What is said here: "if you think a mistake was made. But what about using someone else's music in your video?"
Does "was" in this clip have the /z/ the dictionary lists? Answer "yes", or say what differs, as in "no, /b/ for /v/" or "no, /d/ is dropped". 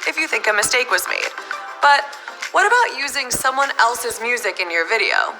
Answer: yes